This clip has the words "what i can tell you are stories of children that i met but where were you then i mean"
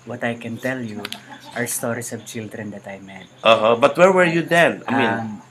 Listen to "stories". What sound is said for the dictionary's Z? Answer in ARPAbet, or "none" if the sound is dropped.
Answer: S